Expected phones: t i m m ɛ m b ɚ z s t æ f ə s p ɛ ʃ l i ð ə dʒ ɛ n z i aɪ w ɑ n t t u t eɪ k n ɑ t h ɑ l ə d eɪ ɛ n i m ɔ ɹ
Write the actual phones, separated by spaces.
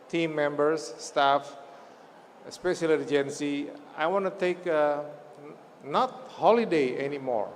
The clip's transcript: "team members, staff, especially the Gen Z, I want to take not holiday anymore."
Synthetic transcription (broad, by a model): t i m m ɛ m b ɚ s t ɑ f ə s p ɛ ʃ i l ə dʒ ɛ n s i aɪ w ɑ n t t u t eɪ k n ɑ t h ɑ l ə d eɪ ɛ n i m ɔ ɹ